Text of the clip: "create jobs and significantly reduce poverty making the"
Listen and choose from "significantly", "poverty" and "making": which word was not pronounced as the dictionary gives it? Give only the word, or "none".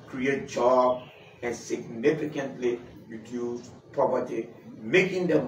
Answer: poverty